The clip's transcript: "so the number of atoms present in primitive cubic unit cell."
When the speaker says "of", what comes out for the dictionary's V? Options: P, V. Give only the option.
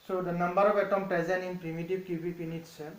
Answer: P